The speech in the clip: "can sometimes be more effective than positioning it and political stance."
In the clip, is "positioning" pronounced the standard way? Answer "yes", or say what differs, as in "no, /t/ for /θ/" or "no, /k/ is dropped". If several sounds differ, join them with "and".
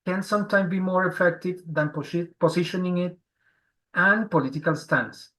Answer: no, /s/ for /z/